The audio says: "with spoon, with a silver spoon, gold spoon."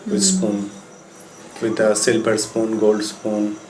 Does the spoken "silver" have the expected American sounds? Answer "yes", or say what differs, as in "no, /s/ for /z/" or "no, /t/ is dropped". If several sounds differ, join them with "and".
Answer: no, /p/ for /v/